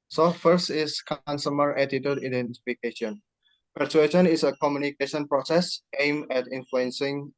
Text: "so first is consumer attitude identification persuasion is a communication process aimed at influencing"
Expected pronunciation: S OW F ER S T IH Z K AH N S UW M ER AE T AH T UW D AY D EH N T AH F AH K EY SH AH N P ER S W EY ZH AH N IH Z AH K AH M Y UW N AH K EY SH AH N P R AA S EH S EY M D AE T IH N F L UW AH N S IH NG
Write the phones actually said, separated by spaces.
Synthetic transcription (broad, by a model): S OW F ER S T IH S K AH N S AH M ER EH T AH T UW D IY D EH N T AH F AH K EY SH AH N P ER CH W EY SH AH N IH S AH K AH M Y UW N AH K EY SH AH N P R AA S EH S EY M EH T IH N F L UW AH N S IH NG